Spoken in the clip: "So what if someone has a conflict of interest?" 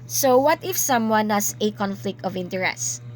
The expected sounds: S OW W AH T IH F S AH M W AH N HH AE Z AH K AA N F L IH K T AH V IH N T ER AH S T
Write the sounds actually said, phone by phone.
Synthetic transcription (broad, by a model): S OW W AH T IH F S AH M W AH N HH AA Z AH K AA N F L IH K T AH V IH N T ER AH S